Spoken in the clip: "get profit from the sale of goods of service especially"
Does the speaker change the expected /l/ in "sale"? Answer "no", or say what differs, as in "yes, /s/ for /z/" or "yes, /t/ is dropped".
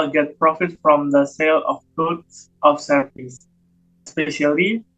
no